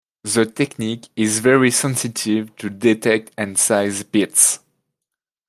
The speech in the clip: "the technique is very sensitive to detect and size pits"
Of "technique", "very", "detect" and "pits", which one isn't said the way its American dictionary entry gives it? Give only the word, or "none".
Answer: pits